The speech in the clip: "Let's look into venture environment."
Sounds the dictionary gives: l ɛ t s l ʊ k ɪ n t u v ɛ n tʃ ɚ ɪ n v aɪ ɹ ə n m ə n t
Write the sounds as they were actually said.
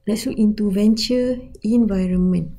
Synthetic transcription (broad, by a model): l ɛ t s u ɪ n t u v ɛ n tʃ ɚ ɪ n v aɪ ɹ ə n m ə n